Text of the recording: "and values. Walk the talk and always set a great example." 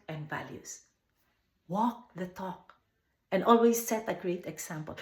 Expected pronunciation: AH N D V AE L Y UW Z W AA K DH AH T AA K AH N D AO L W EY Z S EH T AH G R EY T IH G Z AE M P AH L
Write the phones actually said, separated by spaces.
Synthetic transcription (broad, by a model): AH N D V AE L Y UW S W AA K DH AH T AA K AH N D AO L W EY S EH T AH G R EY T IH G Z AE M P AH L